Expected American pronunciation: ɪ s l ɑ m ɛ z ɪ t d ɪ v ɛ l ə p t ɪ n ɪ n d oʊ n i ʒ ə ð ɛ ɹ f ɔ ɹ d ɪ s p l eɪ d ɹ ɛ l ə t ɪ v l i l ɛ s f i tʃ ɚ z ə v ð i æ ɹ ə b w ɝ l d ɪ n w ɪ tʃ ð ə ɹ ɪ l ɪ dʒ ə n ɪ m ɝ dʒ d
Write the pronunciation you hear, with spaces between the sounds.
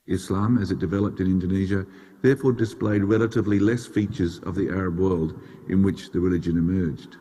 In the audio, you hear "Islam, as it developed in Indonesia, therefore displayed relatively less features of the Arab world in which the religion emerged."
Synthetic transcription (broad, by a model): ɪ s l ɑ m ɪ z ɪ t d ɪ v ɛ l ə p t ɪ n ɪ n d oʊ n i ʒ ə ð ɛ ɹ f ɔ ɹ d ɪ s p l eɪ d ɹ ɛ l ə t ɪ v l i l ɛ s f i tʃ ɚ z ə v ð i æ ɹ ə b w ɝ l d ɪ n w ɪ tʃ ð ə ɹ ɪ l ɪ dʒ ə n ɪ m ɝ dʒ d